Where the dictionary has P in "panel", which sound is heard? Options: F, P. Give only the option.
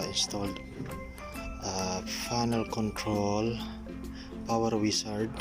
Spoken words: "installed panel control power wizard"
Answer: F